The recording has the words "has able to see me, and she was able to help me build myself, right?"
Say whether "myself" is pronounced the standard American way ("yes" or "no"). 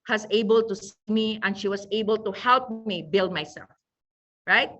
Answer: yes